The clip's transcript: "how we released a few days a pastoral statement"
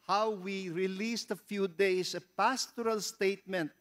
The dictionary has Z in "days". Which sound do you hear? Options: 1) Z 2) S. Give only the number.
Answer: 2